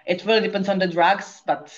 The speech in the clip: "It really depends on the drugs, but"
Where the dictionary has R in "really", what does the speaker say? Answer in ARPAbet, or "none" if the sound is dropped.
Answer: W